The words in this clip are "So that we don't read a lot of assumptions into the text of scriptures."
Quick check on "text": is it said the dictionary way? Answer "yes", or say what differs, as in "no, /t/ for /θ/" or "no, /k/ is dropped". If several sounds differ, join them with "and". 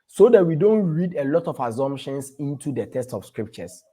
no, /k/ is dropped